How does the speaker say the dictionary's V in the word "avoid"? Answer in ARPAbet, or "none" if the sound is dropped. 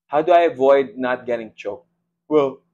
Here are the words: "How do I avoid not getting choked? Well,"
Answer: V